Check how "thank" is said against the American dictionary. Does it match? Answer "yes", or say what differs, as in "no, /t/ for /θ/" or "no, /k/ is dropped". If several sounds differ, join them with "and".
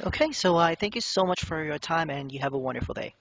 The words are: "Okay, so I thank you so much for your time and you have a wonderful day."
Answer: yes